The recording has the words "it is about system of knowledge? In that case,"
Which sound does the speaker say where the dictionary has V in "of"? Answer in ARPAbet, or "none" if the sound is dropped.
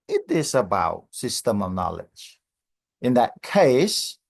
V